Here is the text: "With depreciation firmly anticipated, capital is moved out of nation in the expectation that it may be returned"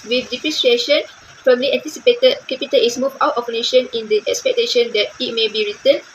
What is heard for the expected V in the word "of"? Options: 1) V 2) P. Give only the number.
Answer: 2